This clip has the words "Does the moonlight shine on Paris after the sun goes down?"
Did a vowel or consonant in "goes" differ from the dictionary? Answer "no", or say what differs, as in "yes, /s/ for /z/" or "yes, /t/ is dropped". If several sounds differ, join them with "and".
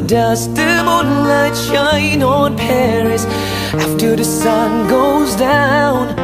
no